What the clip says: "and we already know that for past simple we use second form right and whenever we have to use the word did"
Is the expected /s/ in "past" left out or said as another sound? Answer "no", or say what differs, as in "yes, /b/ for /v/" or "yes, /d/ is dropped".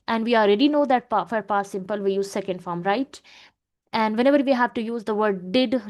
yes, /s/ is dropped